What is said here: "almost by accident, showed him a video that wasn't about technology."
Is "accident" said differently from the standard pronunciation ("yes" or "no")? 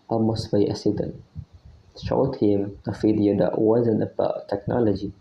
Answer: yes